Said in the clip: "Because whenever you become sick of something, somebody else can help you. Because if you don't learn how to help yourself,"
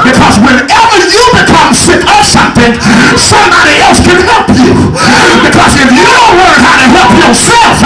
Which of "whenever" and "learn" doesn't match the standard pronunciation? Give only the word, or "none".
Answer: learn